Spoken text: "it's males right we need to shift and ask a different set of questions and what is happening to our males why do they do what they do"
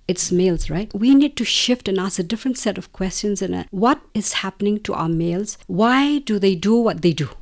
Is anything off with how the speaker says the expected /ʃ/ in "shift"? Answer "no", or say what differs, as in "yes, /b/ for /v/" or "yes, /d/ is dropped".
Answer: no